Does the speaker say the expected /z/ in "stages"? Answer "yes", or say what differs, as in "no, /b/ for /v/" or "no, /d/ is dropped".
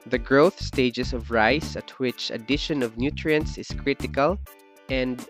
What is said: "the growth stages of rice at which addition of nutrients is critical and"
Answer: no, /s/ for /z/